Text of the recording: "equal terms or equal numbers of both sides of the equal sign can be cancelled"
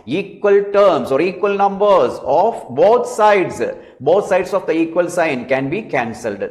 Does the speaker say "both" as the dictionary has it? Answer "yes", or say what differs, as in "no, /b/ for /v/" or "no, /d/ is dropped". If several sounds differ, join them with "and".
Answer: no, /t/ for /θ/